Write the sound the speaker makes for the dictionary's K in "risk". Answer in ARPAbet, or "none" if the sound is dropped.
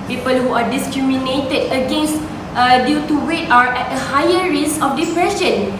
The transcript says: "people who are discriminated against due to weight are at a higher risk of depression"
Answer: none